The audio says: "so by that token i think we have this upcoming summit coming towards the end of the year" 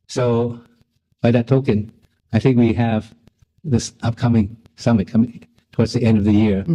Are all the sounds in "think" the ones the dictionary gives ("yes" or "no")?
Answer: yes